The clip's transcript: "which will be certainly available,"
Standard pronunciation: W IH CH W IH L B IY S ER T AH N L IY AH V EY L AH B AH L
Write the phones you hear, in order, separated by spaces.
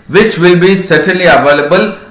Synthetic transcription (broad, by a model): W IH CH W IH L B IY S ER T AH L IY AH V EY L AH B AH L